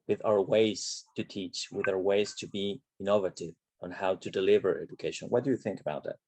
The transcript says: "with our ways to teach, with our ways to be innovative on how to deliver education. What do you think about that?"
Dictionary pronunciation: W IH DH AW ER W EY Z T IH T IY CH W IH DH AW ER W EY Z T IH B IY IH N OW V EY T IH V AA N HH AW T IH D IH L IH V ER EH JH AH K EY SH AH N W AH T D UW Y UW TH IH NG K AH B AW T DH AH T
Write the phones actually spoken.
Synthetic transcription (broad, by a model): W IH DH AW ER W EY Z T IH T IY CH W IH DH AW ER W EY Z T IH B IY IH N OW V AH T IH V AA N HH AW T IH D IH L IH V ER EH JH AH K EY SH AH N W AH T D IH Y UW TH IH NG K AH B AW T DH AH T